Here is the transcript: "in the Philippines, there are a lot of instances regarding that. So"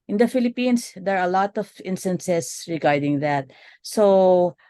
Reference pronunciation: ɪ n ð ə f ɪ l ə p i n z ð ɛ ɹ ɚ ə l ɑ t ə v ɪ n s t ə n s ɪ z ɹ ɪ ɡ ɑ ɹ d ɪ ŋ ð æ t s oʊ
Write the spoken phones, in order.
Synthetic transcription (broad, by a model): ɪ n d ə f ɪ l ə p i n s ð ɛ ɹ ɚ ə l ɑ t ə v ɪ n s t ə n s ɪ s ɹ ɪ ɡ ɑ ɹ d ɪ ŋ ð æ t s oʊ